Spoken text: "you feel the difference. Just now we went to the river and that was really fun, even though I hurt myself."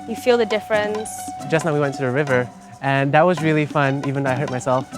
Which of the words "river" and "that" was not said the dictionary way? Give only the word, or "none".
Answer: none